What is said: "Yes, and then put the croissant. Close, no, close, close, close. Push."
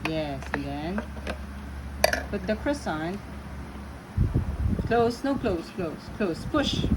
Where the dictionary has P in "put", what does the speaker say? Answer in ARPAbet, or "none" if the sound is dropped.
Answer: B